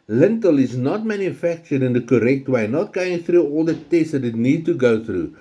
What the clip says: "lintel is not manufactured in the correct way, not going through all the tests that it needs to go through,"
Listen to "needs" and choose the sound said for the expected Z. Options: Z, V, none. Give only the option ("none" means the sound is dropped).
none